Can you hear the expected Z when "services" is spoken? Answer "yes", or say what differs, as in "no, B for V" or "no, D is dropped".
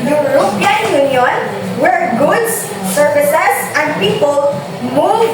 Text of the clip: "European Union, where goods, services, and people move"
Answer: no, S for Z